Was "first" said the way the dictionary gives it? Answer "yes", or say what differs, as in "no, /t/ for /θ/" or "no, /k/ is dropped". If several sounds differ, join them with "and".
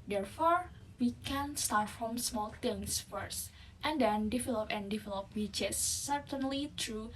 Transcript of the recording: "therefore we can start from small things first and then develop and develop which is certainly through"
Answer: yes